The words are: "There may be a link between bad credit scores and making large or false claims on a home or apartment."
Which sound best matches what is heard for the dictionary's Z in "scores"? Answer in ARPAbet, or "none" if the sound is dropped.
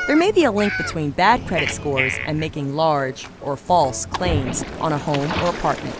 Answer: Z